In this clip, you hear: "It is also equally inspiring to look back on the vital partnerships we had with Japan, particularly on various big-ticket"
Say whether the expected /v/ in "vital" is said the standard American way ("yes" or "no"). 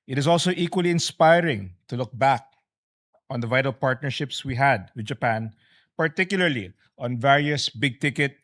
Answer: yes